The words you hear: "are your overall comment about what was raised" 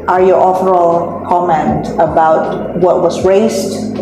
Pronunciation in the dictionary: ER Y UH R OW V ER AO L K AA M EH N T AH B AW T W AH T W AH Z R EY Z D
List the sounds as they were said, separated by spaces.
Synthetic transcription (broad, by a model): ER Y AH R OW F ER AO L K AA M EH N T AH B AW T W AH T W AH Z R EY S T